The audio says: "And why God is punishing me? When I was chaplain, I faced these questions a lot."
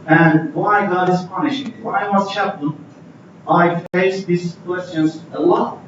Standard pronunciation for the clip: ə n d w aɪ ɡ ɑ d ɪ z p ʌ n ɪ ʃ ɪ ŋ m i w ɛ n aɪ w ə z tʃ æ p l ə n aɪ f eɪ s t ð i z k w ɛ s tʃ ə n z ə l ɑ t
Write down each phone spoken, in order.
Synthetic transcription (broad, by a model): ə n w aɪ ɡ ɑ d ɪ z p ʌ n ɪ ʃ ɪ ŋ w aɪ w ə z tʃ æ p ə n aɪ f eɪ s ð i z k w ɛ s tʃ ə n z ə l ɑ